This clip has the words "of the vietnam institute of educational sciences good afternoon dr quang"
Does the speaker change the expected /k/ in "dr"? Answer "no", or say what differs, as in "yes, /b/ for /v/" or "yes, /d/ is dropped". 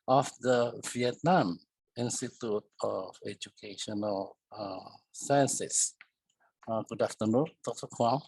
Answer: yes, /k/ is dropped